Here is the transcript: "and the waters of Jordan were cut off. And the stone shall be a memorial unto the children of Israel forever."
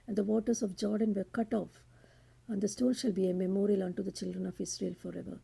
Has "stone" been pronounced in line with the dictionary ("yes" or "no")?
no